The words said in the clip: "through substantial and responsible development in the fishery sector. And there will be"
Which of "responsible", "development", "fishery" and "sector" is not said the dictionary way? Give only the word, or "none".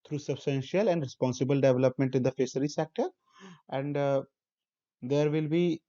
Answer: fishery